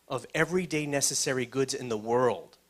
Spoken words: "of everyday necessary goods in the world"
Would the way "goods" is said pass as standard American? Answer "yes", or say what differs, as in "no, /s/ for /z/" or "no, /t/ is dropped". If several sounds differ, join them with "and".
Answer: yes